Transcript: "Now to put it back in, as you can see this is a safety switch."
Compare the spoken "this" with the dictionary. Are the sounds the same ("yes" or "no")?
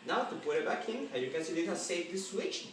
no